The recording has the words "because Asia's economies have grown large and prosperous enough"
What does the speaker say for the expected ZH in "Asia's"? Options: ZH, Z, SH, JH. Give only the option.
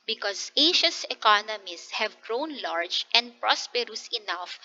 SH